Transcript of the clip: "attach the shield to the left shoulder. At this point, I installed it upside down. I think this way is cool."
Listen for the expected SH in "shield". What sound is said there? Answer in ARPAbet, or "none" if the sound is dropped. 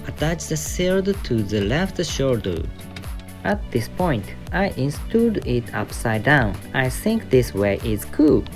S